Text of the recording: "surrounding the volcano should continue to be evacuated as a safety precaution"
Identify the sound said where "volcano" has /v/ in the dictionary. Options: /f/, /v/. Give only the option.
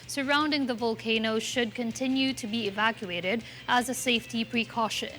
/v/